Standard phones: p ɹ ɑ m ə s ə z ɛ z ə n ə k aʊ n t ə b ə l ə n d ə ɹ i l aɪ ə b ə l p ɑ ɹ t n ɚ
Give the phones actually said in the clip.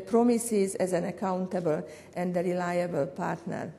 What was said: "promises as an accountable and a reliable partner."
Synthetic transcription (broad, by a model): p ɹ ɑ m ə s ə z ɛ z ə n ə k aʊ n t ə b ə l ə n d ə ɹ i l aɪ ə b ə l p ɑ ɹ t n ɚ